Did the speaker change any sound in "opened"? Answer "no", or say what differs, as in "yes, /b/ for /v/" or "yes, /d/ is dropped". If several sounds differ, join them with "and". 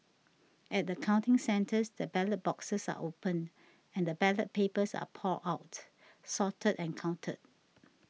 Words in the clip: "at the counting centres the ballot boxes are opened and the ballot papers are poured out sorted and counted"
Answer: yes, /d/ is dropped